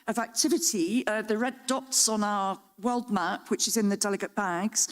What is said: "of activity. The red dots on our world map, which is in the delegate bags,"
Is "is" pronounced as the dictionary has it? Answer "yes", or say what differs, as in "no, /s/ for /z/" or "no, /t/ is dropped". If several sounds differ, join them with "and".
yes